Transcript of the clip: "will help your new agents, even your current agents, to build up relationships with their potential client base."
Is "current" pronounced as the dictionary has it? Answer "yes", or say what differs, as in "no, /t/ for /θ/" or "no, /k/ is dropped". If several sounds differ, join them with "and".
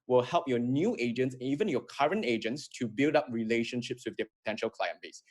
yes